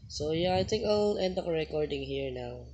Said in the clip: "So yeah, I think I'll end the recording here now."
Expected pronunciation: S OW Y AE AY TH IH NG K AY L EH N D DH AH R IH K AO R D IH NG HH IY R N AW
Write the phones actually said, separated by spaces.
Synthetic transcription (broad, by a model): S OW Y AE AY T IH NG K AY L EH N D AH R IH K AO R D IH NG HH IY R N AW